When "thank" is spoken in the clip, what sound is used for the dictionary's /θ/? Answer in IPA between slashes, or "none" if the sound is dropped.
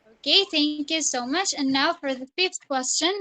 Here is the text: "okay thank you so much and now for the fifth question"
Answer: /θ/